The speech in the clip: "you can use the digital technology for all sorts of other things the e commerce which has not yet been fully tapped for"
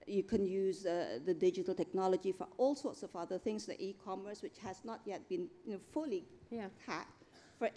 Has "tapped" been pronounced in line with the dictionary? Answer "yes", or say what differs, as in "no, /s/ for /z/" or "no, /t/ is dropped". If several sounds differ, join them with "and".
no, /p/ is dropped